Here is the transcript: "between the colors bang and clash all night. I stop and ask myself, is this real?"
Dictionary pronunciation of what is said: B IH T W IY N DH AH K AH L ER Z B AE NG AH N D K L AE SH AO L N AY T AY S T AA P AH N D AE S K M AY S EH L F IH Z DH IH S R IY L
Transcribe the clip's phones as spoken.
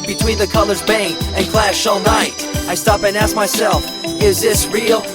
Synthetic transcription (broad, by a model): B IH T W IY N DH AH K AH L ER Z B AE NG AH N K L AE SH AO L N AY T AY S T AA P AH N AE S K M AY S EH L F IH Z DH IH S R IY L